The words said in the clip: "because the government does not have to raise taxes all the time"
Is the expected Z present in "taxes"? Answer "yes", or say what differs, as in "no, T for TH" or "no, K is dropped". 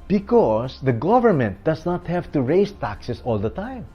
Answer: no, S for Z